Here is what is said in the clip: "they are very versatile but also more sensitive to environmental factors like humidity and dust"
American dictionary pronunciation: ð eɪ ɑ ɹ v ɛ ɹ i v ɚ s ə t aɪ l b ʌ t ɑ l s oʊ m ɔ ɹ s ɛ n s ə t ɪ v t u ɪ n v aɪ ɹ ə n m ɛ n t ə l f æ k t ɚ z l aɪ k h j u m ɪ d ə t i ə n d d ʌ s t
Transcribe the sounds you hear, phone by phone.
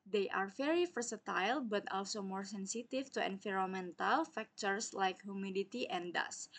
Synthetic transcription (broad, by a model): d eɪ ɑ ɹ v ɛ ɹ i f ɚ s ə t aɪ l b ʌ t ɑ l s oʊ m ɔ ɹ s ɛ n s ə t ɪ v t u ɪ n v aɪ ɹ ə m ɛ n t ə l f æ k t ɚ s l aɪ k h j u m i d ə t i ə n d d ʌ s